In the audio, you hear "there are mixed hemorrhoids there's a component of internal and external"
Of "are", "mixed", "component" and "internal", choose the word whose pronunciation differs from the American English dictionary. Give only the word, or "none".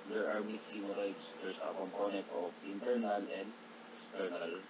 mixed